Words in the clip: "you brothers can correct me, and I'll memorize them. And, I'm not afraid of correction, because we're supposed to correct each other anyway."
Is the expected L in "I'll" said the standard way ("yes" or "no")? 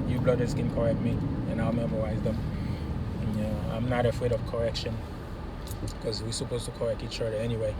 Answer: yes